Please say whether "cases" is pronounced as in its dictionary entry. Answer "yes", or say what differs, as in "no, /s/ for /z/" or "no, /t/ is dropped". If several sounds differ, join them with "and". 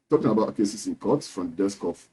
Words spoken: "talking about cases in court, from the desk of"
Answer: no, /s/ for /z/